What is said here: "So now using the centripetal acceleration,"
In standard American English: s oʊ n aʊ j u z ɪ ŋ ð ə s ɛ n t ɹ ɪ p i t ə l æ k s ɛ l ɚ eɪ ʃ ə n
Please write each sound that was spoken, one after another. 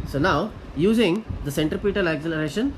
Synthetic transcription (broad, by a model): s oʊ n aʊ j u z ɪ ŋ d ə s ɛ n t ɹ ɪ p i t ə l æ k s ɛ l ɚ eɪ ʃ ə n